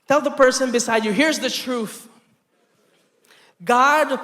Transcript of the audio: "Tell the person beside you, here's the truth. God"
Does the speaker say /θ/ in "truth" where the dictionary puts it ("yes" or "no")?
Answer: yes